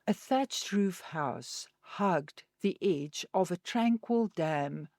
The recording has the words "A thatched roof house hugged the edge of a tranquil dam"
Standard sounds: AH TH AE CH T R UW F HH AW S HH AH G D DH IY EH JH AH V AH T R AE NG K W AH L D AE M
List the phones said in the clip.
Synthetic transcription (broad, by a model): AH TH AE CH T R UW F HH AW S HH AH G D DH IY EH JH AH V AH T R AE NG K W AH L D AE M